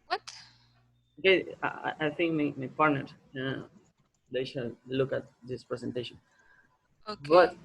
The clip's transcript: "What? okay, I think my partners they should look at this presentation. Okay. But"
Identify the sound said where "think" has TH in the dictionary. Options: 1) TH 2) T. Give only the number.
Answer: 2